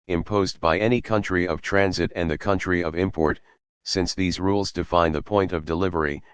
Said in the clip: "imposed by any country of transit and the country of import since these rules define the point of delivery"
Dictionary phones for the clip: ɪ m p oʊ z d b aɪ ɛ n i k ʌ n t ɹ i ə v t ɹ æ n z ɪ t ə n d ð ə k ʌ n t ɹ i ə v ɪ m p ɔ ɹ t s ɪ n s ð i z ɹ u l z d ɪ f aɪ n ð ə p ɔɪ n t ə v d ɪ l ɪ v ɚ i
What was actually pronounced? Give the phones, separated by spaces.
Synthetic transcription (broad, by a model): ɪ m p oʊ z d b aɪ ɛ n i k ʌ n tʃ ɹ i ə v t ɹ æ n z ɪ t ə n ð ə k ʌ n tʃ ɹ i ə v ɪ m p ɔ ɹ t s ɪ n s ð i z ɹ u l z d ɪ f aɪ n ð ə p ɔɪ n t ə v d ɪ l ɪ v ɚ i